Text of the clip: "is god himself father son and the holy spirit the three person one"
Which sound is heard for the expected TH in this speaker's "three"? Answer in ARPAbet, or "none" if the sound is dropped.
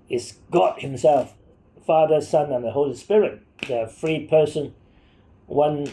F